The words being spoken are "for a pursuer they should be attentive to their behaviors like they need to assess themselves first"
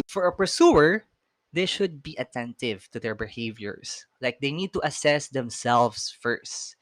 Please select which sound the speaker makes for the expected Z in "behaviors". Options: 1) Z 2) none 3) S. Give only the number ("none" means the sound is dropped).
3